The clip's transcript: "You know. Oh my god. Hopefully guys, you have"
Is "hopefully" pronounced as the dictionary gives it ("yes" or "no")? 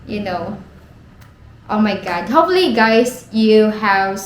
no